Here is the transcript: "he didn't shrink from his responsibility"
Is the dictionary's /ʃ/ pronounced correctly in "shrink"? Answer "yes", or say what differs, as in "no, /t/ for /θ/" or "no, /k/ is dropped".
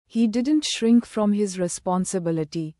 yes